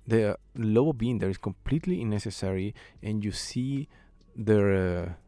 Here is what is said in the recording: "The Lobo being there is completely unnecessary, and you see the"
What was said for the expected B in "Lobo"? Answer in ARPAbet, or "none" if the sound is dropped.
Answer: none